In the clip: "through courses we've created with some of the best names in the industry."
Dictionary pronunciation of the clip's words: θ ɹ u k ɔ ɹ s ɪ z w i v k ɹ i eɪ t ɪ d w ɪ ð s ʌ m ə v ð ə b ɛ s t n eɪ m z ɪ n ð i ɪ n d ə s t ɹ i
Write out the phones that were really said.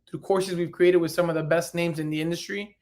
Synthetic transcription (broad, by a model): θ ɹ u k ɔ ɹ s ɪ z w i v k ɹ i eɪ t ɪ d w ɪ ð s ʌ m ə v ð ə b ɛ s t n eɪ m z ɪ n ð i ɪ n d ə s t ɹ i